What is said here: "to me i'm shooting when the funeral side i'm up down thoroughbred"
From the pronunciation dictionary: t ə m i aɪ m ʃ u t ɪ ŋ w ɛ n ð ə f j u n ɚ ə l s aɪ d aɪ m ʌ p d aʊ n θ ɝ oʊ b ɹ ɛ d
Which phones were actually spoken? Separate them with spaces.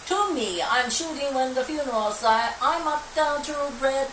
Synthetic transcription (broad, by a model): t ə m i aɪ m ʃ u t ɪ ŋ w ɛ n ð ə f j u n ɚ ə l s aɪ aɪ m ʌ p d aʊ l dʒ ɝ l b ɹ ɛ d